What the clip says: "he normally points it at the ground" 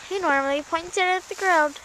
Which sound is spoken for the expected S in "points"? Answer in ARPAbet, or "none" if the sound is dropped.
none